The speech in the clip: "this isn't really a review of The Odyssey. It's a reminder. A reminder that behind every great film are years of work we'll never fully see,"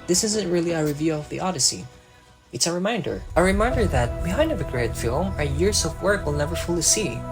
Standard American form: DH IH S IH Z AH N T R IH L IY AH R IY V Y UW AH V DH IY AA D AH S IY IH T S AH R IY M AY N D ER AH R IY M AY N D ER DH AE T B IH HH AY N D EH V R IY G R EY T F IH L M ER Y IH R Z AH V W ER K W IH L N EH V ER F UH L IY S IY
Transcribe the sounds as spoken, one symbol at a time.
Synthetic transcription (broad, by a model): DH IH S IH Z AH N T R IH L IY AH R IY V Y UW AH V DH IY AA D AH S IY IH T S AH R IY M AY N D ER AH R IY M AY N D ER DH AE T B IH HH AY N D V IY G R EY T F IH L M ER Y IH R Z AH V W ER K W IH L N EH V ER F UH L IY S IY